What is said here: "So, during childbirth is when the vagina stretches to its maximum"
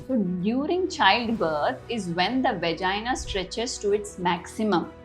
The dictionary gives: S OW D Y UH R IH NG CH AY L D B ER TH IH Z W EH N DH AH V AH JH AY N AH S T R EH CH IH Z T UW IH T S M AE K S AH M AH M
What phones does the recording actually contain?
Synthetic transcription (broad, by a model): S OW D Y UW R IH NG CH AY L D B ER T IH Z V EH N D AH V AH JH AY N AH S T R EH CH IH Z T UW IH T S M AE K S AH M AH M